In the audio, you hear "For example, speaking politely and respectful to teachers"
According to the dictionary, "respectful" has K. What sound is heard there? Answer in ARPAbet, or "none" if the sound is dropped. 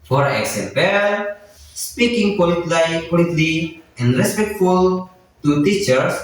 K